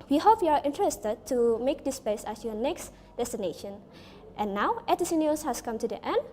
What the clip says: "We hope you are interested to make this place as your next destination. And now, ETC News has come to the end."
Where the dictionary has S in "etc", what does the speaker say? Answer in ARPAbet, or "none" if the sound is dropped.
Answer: none